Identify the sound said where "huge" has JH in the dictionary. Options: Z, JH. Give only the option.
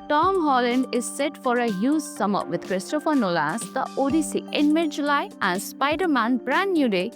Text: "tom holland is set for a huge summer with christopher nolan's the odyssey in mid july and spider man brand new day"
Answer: Z